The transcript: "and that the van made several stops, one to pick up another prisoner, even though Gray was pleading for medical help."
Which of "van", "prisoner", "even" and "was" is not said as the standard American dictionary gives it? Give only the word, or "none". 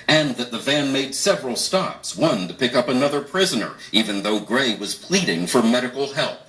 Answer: none